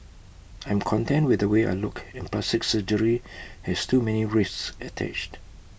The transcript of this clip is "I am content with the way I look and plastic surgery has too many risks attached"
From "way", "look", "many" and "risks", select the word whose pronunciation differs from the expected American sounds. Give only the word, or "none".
risks